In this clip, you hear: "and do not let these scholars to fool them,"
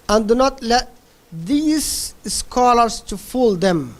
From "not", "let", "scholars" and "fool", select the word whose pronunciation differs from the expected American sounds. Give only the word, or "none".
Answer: scholars